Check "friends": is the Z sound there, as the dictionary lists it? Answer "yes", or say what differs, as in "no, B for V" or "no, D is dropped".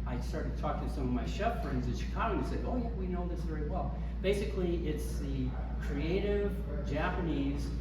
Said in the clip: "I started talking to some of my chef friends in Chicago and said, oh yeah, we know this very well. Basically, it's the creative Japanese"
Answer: yes